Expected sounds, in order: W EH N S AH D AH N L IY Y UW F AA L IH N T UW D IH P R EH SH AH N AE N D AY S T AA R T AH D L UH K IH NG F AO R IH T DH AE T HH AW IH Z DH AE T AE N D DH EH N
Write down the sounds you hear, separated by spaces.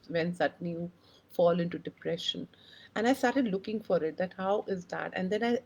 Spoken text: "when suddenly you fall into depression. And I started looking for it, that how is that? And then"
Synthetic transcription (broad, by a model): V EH N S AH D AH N IY Y UW F AA L IH N T UW D IH P R EH SH AH N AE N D AY S T AA R T AH D L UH K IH NG F AO R IH T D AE T HH AW IH Z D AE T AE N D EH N